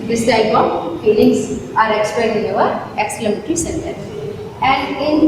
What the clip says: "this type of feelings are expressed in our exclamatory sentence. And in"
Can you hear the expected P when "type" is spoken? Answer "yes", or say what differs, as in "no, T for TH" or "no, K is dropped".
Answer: no, B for P